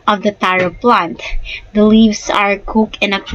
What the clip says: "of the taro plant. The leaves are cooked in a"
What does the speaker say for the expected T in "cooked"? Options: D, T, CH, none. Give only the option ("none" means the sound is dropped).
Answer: none